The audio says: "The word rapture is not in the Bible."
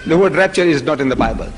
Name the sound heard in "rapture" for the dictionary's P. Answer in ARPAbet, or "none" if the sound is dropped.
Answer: P